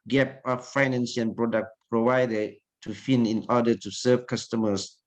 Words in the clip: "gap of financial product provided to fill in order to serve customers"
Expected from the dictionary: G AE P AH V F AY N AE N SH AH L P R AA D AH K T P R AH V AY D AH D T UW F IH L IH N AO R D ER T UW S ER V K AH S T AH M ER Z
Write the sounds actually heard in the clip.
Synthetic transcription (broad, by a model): G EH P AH F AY N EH N S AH N P R AA D AH K T P R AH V AY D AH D T UW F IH N IH N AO D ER T UW S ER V K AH S T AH M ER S